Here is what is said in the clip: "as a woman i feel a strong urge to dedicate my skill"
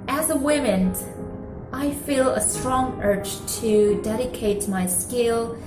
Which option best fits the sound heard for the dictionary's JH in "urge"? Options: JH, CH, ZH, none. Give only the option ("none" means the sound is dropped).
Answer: CH